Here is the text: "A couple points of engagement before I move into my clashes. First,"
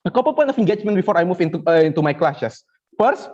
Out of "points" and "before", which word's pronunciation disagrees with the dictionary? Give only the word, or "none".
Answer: points